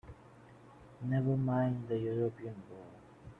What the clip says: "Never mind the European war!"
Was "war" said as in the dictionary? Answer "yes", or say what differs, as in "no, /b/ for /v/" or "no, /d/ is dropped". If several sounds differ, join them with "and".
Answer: no, /l/ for /ɹ/